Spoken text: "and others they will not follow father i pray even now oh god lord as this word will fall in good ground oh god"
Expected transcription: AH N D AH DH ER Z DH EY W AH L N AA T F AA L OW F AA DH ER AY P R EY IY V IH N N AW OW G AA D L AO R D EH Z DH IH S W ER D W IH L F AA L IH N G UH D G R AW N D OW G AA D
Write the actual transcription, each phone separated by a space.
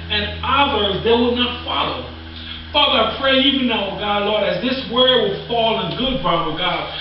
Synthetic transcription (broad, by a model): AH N AH DH ER Z DH EY W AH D N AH T F AA L OW F AA DH ER AY P R EY IY V IH N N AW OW G AA D L AO R D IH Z DH IH S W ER W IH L F AA L IH N G UH D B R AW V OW G AA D